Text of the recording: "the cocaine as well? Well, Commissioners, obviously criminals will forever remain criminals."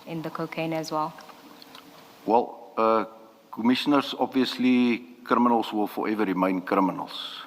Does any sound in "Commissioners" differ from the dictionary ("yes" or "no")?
yes